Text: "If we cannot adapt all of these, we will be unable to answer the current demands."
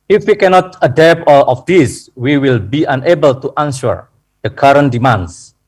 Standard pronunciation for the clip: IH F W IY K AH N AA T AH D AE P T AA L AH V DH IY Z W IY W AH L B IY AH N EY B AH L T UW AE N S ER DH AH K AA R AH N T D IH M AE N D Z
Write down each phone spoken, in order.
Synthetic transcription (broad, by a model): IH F W IY K AH N AA T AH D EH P AA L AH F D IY S W IY W AH L B IY AH N EY B AH L T UW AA N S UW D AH K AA R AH N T D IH M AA N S